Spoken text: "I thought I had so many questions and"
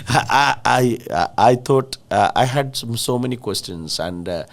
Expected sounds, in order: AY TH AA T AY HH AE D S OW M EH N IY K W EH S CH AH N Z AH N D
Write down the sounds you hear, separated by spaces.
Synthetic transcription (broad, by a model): AY T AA T AY HH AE D S OW M EH N IY K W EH S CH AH N S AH N D